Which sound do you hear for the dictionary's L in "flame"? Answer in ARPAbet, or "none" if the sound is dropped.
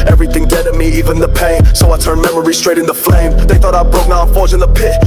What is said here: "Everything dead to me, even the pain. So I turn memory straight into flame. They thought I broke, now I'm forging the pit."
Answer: L